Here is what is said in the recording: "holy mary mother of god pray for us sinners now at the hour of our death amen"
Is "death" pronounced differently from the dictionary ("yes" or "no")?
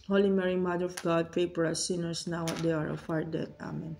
yes